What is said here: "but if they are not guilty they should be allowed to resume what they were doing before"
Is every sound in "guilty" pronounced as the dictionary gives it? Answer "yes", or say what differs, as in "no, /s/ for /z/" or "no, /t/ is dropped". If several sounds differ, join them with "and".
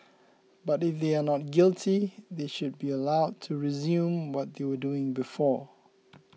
yes